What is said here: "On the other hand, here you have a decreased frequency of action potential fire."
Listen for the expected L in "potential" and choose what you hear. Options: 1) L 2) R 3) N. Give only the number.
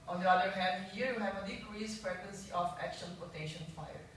3